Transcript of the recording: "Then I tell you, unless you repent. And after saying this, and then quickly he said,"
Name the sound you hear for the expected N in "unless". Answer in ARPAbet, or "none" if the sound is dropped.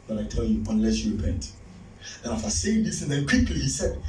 N